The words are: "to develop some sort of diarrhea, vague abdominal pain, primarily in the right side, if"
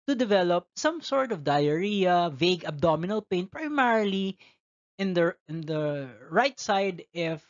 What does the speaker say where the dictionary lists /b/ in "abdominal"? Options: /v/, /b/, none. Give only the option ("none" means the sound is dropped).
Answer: /b/